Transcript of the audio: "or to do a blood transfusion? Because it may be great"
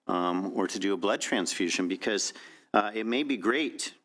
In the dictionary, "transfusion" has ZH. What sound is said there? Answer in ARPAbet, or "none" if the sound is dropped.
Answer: ZH